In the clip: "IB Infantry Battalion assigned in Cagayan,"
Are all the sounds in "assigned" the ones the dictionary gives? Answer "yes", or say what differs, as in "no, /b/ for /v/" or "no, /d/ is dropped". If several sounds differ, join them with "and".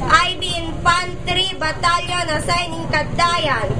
no, /d/ is dropped